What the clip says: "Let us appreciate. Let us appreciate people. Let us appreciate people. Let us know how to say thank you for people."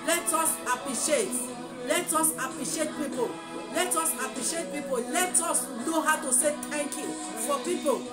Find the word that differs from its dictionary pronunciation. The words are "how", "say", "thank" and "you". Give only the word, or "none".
thank